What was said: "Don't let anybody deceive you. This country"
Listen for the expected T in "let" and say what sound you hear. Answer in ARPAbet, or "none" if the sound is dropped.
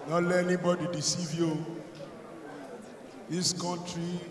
none